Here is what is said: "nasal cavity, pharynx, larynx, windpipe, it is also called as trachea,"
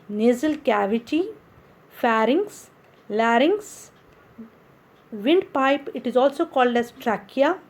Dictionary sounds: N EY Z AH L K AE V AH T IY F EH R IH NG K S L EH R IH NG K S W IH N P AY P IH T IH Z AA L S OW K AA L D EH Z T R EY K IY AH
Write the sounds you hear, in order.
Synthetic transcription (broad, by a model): N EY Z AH L K AE V AH T IY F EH R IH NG S L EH R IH NG S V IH N P AY P IH T IH Z AA L S OW K AA L D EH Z T R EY K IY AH